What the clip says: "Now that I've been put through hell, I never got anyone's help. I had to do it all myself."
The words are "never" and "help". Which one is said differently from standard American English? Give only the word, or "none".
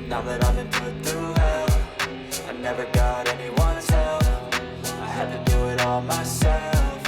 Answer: help